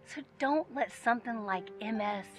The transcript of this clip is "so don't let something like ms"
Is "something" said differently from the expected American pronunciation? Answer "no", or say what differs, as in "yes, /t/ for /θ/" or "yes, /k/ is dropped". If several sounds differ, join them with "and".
no